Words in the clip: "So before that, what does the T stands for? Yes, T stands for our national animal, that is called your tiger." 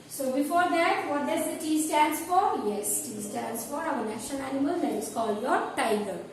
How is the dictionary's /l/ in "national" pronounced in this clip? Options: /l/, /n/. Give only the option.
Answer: /n/